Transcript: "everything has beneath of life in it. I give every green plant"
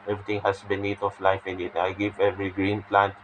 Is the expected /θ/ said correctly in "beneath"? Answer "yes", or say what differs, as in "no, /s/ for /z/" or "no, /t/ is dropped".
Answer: no, /t/ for /θ/